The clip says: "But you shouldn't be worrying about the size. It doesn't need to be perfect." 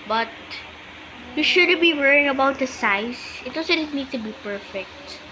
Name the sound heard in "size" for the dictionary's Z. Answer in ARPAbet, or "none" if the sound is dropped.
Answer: S